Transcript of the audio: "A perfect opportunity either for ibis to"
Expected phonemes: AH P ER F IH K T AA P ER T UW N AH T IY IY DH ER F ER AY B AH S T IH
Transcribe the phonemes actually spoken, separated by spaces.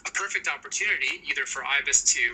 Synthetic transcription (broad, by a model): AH P ER F IH K T AA P ER T UW N AH T IY IY DH ER F ER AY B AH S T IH